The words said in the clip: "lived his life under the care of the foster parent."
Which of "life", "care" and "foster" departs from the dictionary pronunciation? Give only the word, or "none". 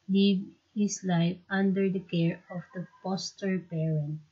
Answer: foster